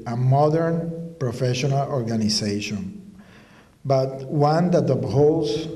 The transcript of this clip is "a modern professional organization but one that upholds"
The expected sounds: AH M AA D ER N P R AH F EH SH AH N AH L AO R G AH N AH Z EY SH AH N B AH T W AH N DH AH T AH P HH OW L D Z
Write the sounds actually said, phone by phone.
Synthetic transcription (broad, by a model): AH M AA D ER N P R AH F EH SH AH N AH L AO R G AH N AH S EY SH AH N B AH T W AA N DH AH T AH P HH OW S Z